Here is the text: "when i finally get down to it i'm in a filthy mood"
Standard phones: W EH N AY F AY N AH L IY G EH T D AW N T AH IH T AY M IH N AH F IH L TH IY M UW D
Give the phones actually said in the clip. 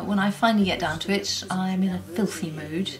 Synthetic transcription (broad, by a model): W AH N AY F AY N L IY G EH T D AW N T AH IH T AY M IH N AH F IH L TH IY M UW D